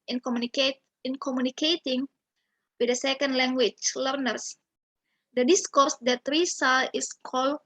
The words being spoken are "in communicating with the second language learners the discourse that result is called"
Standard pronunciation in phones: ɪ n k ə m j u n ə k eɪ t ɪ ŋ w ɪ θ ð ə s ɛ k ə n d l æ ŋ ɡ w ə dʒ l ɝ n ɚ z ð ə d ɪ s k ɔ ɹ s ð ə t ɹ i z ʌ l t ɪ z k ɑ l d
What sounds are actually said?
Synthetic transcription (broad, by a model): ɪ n k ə m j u n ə k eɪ t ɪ ŋ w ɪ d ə s ɛ k ə n d l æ ŋ ɡ w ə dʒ l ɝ n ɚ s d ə d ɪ s k ɔ ɹ s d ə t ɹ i s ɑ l ɪ s k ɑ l